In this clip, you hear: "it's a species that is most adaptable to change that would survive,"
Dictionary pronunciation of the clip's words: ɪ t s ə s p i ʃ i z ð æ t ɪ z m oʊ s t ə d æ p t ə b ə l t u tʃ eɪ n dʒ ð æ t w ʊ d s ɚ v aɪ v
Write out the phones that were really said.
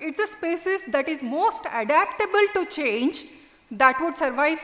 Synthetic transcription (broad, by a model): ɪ t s ə s p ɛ s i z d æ t ɪ z m oʊ s t ə d æ p t ə b ə l t u tʃ eɪ n dʒ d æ t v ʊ d s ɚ v aɪ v